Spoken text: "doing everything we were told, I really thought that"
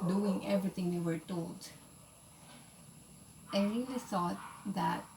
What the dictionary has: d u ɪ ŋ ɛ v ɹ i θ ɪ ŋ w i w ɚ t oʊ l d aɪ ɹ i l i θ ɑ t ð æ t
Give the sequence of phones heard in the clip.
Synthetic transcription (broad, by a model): d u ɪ ŋ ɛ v ɹ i t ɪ ŋ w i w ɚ t oʊ l d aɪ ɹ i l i s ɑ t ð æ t